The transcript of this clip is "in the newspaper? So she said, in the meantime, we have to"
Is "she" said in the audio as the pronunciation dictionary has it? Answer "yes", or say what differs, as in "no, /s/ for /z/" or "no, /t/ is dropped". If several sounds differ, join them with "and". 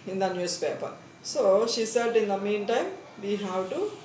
yes